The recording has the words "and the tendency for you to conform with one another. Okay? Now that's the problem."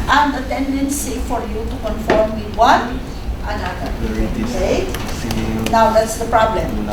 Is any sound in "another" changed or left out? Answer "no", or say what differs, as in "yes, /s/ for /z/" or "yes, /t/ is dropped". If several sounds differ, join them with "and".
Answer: yes, /ð/ is dropped